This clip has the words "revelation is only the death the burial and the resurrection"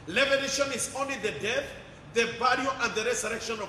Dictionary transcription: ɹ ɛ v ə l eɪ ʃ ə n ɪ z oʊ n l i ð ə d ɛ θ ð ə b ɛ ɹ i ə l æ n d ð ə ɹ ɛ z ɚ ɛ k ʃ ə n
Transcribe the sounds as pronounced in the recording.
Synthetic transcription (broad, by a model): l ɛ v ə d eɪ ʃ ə n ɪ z oʊ n l i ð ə d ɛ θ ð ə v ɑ l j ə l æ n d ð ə ɹ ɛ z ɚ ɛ k ʃ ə n